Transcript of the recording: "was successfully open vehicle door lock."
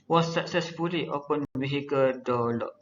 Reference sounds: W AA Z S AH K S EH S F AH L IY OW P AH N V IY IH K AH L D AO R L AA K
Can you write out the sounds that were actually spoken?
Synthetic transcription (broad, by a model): W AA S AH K S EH S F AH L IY OW P AH N B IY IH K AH D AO L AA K